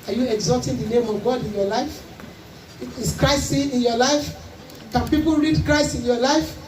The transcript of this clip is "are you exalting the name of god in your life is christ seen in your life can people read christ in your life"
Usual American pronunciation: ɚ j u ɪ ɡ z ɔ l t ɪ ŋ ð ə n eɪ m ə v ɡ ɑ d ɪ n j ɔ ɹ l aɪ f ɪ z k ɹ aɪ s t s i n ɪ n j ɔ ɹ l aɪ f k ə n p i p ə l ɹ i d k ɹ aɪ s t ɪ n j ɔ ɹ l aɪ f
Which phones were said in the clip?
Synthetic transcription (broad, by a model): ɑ j u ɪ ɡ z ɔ t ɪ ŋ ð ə n eɪ m ə v ɡ ɑ d ɪ n j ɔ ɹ l aɪ f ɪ s k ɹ aɪ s s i ɪ n j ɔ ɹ l aɪ f k ə n p i p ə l ɹ i d k ɹ aɪ s t ɪ n j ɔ l aɪ f